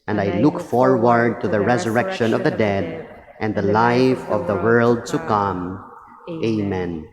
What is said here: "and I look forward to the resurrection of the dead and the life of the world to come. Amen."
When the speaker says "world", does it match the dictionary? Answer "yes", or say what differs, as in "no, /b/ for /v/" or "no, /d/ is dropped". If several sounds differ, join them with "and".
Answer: yes